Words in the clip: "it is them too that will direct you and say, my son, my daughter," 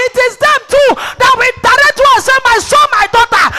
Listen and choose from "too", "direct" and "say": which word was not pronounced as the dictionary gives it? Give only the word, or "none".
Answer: direct